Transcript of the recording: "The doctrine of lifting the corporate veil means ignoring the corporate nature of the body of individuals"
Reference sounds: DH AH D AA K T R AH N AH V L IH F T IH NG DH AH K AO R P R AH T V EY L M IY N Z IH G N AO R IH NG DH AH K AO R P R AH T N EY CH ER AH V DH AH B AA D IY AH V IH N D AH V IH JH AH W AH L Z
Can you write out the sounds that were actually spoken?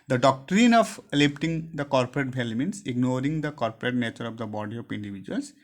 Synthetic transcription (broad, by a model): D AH D AA K T R AH N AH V L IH P T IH NG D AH K AO R P R AH T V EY L M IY N S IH G N AO R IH NG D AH K AO R P R AH T N EY CH ER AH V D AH B AA D IY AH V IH N D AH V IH JH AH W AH L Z